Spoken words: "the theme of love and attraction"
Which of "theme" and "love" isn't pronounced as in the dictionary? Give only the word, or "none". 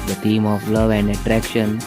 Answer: theme